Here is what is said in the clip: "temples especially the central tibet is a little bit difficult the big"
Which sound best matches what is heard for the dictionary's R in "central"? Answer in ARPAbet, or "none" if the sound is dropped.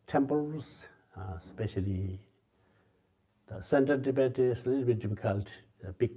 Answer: none